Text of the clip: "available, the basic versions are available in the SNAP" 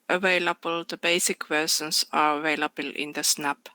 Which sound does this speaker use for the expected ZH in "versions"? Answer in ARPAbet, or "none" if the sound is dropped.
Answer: S